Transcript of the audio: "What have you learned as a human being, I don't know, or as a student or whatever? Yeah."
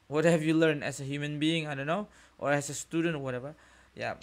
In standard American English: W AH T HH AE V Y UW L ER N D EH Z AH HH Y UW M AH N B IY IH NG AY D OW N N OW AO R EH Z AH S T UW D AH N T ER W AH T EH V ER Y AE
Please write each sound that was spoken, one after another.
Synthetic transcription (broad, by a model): W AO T HH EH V Y UW L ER N EH S AH HH Y UW M AH N B IY IH NG AY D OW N N OW AO R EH S AH S T UW D AH N T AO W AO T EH V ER Y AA